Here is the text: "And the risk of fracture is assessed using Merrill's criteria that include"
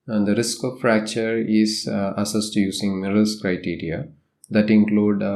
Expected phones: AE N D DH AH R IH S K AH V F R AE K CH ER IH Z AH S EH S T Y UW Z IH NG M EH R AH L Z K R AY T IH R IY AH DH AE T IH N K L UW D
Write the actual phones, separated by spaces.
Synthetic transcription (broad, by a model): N D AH R IH S K AH V F R AE K CH ER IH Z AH S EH S T Y UW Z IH NG M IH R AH L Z K R AY T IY R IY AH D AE T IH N K L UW D